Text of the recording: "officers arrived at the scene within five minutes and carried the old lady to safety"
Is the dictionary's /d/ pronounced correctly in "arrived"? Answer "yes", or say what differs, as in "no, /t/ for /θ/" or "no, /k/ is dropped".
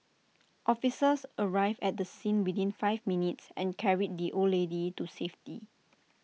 no, /d/ is dropped